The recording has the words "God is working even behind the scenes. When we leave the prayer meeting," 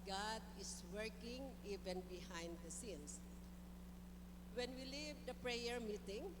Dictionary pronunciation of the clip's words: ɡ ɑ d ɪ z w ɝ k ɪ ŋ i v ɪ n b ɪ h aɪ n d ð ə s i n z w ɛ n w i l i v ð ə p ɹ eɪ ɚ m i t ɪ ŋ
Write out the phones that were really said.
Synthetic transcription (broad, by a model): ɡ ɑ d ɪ s w ɝ k ɪ ŋ i v ɪ n b ɪ h aɪ n d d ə s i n s w ɛ n w i l i v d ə p ɹ eɪ ɚ m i t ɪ ŋ